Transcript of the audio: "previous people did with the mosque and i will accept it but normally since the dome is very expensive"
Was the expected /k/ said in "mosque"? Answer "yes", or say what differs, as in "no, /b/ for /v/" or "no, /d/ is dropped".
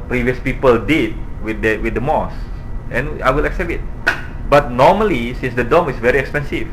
no, /k/ is dropped